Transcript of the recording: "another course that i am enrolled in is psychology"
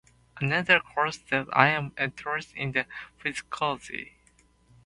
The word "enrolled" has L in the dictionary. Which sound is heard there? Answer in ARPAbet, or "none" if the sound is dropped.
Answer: N